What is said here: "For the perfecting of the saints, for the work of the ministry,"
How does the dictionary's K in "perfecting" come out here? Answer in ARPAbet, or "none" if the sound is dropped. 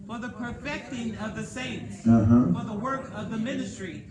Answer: K